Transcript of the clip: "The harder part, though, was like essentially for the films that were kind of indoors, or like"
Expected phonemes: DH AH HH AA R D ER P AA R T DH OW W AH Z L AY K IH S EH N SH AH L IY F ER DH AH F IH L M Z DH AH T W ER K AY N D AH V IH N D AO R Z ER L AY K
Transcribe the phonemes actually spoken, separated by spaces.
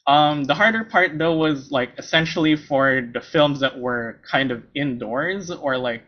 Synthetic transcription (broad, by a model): DH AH HH AA R D ER P AA R T DH OW W AH Z L AY K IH S EH N SH L IY F ER DH AH F IH L M Z DH AH T W ER K AY N D AH V IH N D AO R Z ER L AY K